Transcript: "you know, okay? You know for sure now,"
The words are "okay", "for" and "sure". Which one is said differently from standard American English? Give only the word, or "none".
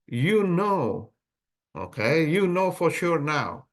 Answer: none